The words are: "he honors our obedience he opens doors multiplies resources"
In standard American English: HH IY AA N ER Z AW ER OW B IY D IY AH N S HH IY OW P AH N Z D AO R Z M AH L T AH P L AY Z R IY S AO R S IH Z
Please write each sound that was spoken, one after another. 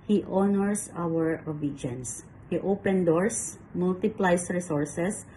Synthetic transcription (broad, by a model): HH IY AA N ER S AW ER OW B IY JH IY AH N S HH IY OW P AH N D AO R S M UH L T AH P L AY S R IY S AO R S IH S